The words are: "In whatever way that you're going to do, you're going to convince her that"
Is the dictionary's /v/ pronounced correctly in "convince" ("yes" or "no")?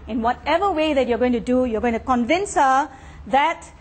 yes